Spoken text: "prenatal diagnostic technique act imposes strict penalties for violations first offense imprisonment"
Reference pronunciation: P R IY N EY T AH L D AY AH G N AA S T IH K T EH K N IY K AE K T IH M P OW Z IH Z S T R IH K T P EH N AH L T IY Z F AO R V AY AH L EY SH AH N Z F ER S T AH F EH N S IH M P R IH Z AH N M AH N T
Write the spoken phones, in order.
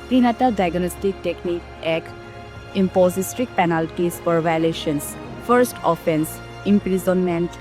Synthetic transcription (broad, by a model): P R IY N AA T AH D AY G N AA S T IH K T EH K N IY K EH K IH M P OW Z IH S T R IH K P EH N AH L T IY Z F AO R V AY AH L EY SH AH N S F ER S T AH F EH N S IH M P R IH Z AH N M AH N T